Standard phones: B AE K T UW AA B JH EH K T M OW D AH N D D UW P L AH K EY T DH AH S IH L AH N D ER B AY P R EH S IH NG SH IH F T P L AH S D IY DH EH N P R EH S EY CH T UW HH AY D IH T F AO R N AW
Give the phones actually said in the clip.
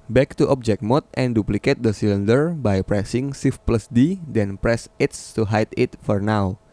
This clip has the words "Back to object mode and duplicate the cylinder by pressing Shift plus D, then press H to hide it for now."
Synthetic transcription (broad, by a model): B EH K T UW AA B JH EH K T M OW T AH N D D UW P L AH K EY T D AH S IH L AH N D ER B AY P R EH S IH NG S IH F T P L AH S D IY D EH N P R EH S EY S T UW HH AY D IH T F AO R N AW